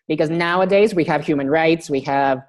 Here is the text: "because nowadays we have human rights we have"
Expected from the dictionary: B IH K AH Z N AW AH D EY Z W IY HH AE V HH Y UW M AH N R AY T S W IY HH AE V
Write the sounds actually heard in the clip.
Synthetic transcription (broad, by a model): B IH K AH Z N AW AH D EY Z W IY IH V HH Y UW M AH N R AY T S W IY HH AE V